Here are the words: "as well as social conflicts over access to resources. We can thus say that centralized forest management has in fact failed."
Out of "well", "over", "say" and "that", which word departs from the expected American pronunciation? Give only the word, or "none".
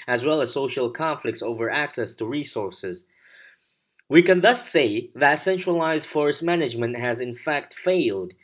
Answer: none